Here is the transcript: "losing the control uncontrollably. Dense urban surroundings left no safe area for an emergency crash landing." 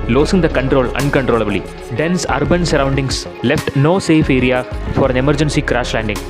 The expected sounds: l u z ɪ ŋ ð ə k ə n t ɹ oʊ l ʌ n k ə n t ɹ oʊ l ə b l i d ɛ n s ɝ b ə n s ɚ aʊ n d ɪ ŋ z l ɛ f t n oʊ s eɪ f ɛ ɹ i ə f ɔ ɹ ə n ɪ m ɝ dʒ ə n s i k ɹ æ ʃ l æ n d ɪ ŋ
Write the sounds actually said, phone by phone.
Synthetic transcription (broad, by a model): l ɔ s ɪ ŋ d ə k ə n t ɹ oʊ l ʌ n k ə n t ɹ oʊ l ə b l i d ɛ n s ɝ b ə n s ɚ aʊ n d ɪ ŋ s l ɛ f t n oʊ s eɪ f ɛ ɹ i ə f ɔ ɹ ə n ɪ m ɝ dʒ ə n s i k ɹ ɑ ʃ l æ n d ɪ ŋ